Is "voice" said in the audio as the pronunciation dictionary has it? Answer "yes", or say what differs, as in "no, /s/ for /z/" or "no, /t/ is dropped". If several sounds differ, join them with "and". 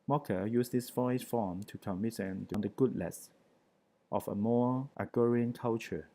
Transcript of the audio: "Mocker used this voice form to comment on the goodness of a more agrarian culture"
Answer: no, /f/ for /v/